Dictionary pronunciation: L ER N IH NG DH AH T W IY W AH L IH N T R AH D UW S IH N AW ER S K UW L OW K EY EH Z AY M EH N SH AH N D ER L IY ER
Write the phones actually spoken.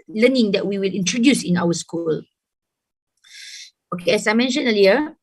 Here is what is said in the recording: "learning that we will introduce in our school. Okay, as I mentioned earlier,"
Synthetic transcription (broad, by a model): L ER N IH NG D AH T W IY W AH L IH N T R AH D UW S IH N AW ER S K UW L OW K EY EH S AY M EH N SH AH N ER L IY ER